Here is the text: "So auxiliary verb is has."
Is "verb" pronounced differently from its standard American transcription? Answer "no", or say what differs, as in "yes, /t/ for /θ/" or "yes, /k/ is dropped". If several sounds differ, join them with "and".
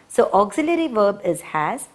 no